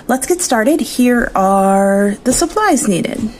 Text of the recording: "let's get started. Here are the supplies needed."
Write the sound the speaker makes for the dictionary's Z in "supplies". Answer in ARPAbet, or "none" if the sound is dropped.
Z